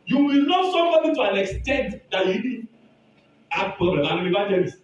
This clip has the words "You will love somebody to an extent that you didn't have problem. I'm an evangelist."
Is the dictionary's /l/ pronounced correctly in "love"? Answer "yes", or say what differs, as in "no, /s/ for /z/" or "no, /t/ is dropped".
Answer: no, /n/ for /l/